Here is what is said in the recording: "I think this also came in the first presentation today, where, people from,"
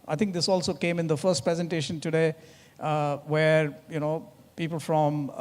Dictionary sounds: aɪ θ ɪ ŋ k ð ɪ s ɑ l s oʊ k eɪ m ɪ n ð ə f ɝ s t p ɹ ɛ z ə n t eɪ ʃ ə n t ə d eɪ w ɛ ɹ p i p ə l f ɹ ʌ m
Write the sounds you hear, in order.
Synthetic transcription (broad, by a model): aɪ t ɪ ŋ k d ɪ s ɑ l s oʊ k eɪ m ɪ n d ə f ɝ s t p ɹ ɛ z ə n t eɪ ʃ ə n t ə d eɪ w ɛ ɹ p i p ə l f ɹ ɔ m